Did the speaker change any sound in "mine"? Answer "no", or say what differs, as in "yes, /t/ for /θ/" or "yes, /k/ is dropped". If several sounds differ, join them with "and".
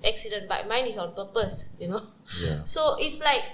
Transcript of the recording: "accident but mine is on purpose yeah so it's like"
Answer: no